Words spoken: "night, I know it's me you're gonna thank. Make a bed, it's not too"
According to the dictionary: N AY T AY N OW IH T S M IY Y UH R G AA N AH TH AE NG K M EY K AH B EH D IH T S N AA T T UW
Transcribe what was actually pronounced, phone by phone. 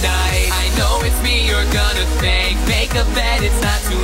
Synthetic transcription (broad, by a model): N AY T AY N OW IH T M IY Y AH R G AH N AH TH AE K M EY K AH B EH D IH T S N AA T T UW